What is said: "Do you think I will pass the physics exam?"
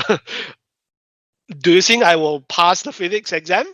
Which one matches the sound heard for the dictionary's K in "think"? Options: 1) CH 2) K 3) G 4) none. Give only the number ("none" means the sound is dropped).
4